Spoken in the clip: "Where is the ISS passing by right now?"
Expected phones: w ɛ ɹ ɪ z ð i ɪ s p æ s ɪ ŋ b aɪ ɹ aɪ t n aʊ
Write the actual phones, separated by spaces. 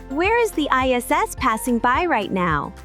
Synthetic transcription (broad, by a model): w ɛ ɹ ɪ z ð i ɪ s p æ s ɪ ŋ b aɪ ɹ aɪ t n aʊ